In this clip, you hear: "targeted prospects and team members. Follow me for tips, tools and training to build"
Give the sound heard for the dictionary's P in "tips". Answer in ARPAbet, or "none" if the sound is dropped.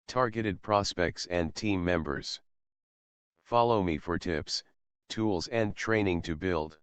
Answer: P